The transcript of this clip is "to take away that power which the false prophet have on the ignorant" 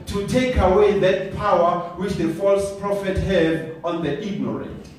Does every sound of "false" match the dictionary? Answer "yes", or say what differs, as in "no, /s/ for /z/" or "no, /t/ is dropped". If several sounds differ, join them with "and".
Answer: yes